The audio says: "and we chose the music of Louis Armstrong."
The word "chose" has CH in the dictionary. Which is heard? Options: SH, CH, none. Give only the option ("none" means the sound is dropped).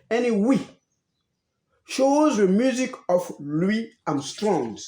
SH